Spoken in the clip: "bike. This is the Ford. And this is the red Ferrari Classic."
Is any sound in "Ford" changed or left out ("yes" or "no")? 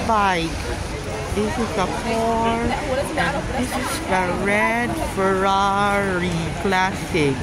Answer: yes